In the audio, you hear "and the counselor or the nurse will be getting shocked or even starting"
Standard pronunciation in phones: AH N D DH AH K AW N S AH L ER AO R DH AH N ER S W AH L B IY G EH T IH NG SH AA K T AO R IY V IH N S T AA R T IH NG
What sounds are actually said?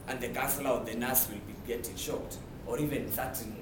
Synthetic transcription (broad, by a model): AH N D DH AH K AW S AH L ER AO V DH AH N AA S W AH L B IY G EH T IH NG SH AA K T AO R IY V IH N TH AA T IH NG